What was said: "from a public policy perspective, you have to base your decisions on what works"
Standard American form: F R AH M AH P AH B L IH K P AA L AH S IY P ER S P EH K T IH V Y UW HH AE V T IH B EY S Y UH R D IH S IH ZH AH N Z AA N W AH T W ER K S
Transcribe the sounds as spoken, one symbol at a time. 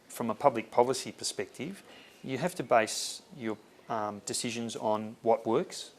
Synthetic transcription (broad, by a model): F R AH M AH P AH B L IH K P AA L AH S IY P ER S P EH K T IH V Y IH HH AE F T IH B EY S Y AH R D IH S IH ZH AH N Z N W AH T W ER K S